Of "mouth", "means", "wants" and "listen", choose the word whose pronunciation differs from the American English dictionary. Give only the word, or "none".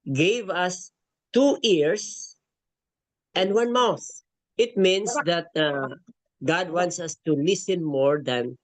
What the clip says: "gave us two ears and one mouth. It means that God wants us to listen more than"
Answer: means